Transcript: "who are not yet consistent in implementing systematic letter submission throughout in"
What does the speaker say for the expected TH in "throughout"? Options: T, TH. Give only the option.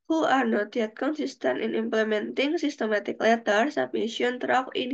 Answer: T